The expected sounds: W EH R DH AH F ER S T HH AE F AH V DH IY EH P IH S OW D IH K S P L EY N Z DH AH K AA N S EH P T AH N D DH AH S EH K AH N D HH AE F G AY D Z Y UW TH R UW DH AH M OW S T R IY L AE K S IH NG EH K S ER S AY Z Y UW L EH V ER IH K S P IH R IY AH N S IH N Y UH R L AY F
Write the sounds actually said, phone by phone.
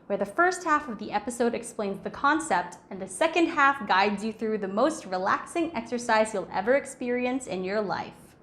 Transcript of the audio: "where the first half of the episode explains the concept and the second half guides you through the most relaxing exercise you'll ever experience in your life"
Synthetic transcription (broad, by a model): W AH R DH AH F ER S T HH AE F AH V DH IY EH P IH S OW D IH K S P L EY N Z DH AH K AA N S EH P T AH N DH AH S EH K AH N D HH AE F G AY D Z Y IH TH R UW DH AH M OW S T R IY L AE K S IH NG EH K S ER S AY Z Y UW L EH V ER IH K S P IH R IY AH N S IH N Y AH R L AY F